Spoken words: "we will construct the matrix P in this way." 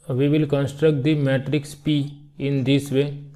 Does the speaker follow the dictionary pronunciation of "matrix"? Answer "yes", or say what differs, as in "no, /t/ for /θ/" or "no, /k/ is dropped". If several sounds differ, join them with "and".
yes